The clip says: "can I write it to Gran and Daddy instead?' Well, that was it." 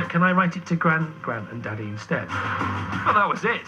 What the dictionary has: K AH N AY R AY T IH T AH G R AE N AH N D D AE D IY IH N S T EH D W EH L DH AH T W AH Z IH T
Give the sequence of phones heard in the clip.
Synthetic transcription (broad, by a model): K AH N AY R AY T IH T AH G R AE N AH N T D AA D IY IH S T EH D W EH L DH AH T W AH Z IH T